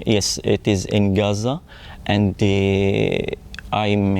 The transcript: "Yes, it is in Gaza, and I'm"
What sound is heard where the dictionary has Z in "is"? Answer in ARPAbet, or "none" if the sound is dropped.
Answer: Z